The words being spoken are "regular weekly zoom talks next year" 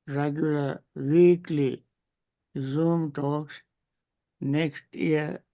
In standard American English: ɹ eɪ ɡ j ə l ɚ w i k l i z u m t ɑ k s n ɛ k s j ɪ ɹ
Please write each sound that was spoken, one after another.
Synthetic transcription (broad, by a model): ɹ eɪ ɡ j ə l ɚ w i k l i z u m t ɑ k s n ɛ k s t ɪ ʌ